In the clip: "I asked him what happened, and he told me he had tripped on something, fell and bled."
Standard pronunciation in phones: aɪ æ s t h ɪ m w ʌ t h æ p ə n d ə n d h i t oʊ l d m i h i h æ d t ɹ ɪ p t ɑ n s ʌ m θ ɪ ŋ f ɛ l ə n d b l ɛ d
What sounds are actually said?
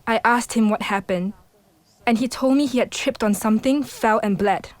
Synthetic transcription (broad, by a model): aɪ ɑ s t h ɪ m w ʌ t h æ p ə n d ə n h i t oʊ l d m i h i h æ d t ɹ ɪ p t ɑ n s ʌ m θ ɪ ŋ f ɛ l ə n b l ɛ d